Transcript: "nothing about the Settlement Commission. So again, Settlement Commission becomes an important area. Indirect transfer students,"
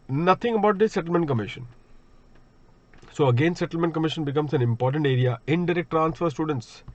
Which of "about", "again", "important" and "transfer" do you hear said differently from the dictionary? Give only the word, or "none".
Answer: none